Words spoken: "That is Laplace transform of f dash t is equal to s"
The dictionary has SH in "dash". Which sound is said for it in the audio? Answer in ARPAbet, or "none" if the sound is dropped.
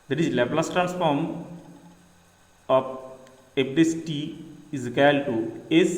S